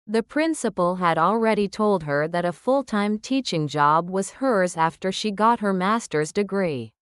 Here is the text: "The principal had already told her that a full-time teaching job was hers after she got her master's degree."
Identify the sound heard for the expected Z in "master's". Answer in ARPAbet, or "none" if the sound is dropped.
Z